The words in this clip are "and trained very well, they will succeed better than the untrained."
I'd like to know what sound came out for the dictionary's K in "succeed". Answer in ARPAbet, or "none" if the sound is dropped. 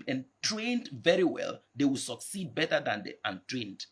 K